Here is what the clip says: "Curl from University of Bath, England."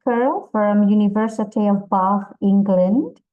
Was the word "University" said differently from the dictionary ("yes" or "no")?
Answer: no